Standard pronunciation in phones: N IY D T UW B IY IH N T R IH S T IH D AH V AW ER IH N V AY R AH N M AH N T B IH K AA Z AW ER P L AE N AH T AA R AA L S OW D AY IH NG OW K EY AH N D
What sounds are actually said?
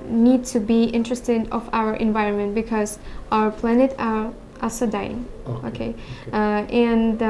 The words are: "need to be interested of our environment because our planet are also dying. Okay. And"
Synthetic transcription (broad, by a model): N IY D T UW B IY IH N T R IH S T IH D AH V AW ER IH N V AY R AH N M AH N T B IH K AA Z AW ER P L AE N AH T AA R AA S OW D AY IH NG OW K EY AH N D